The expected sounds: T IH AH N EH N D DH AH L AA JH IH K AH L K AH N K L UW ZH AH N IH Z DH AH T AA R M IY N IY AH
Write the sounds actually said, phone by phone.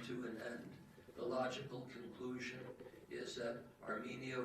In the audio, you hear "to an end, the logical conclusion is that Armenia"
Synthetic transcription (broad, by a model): T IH AH N EH N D DH AH L AA JH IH K L K AH N K L UW ZH AH N IH Z DH AH T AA R M IY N IY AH